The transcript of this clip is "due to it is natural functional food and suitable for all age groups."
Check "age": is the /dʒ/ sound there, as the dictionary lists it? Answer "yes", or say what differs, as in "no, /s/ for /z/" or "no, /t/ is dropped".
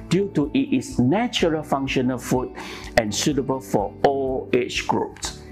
no, /tʃ/ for /dʒ/